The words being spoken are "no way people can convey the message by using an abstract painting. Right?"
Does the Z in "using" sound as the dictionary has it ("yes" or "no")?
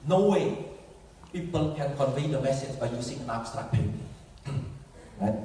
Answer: no